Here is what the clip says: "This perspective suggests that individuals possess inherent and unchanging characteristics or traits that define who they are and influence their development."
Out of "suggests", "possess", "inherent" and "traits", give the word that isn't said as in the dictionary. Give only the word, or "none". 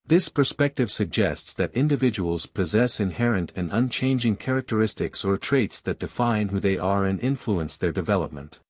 none